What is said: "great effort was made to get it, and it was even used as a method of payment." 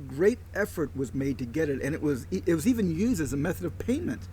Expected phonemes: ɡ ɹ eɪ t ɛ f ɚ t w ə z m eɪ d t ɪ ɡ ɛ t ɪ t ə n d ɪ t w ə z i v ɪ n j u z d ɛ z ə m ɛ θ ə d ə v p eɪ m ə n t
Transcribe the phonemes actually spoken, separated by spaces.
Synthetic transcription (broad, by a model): ɡ ɹ eɪ t ɛ f ɚ t w ə z m eɪ d t ɪ ɡ ɛ t ɪ t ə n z ɪ t w ə z i v ɪ n j u z d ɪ z ə m ɛ θ ə d ə v p eɪ m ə n t